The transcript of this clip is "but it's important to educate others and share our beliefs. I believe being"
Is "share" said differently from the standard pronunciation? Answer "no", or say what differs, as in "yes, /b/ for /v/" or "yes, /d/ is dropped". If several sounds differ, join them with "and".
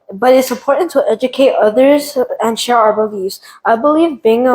no